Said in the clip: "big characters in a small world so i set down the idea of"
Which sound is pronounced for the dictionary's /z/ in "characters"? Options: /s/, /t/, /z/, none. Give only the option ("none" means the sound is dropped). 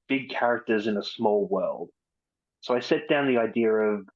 /z/